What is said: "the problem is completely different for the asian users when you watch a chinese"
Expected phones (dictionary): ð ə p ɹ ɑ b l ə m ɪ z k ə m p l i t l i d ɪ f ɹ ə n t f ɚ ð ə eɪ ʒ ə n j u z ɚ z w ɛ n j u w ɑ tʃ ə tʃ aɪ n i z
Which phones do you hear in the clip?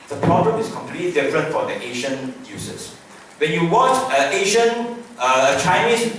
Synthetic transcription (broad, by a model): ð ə p ɹ ɑ b l ə m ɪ s k ə m p l i t l i d ɪ f ɹ ə n t f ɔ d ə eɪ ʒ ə n j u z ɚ s w ɛ n j u w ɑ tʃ ə tʃ aɪ n i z